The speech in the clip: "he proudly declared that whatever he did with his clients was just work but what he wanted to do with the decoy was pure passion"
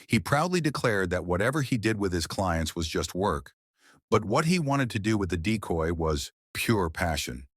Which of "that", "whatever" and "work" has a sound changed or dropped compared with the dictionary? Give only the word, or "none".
none